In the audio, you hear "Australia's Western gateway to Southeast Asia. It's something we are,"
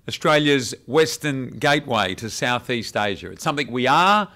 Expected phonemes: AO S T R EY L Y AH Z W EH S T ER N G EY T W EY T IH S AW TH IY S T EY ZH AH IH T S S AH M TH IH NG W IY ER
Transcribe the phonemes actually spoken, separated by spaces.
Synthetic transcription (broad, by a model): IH S T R EY L Y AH Z W EH S T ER N G EY T W EY T IH S AW TH IY S T EY ZH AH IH T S S AH M TH IH NG W IY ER